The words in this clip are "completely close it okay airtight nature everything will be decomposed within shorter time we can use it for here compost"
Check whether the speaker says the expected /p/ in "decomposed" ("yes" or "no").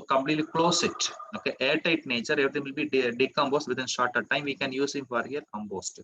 no